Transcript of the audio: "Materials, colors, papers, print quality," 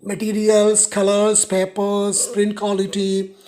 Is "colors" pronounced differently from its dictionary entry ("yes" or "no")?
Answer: yes